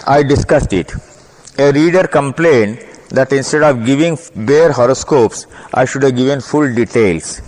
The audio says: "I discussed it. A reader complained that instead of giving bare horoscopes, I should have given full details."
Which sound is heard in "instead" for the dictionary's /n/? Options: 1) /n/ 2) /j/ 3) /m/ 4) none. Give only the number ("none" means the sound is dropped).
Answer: 1